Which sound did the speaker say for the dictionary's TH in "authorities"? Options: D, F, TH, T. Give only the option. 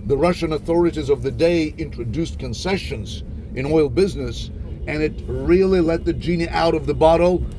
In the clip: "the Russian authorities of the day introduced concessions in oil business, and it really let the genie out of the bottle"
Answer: TH